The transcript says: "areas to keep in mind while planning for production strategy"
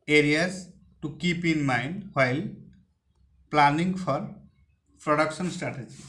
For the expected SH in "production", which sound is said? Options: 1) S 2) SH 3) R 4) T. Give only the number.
1